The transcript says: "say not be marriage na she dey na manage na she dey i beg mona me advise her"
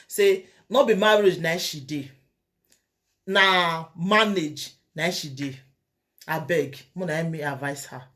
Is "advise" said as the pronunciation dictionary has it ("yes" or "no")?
no